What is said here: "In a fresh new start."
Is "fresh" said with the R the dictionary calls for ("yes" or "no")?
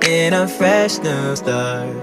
yes